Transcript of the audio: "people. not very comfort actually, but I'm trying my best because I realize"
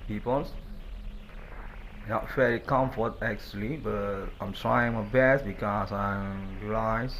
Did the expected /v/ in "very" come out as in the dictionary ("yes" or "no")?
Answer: no